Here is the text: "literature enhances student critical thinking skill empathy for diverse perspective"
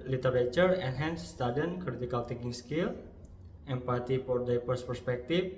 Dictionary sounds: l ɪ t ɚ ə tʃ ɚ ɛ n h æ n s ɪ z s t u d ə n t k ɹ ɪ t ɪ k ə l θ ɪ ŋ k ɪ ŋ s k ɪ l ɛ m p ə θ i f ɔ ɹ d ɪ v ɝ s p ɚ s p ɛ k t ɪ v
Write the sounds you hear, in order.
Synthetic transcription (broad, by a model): l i t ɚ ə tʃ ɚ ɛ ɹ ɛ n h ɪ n s t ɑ d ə n k ɹ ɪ t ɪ k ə l t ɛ k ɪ ŋ s k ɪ l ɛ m p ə t i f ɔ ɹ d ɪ p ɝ s p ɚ s p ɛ k t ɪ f